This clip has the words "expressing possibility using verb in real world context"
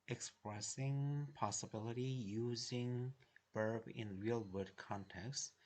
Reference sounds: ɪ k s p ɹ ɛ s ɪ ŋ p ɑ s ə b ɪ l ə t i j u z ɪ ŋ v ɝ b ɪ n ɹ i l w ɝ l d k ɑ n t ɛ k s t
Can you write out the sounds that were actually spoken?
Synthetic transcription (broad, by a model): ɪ k s p ɹ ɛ s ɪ ŋ p ɑ s ə b ɪ l ə t i j u z ɪ ŋ b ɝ b ɪ n ɹ i l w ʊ d k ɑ n t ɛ k s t